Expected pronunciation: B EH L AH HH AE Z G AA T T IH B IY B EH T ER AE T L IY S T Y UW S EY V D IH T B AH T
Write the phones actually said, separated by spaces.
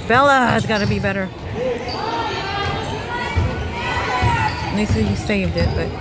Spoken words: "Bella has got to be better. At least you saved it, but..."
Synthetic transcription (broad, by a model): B EH L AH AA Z G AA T T IH B IY B EH T ER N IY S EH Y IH S EY V D IH T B AH T